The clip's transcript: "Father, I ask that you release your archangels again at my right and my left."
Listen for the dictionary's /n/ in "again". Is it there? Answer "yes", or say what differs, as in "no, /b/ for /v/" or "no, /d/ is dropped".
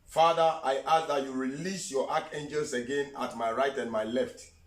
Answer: yes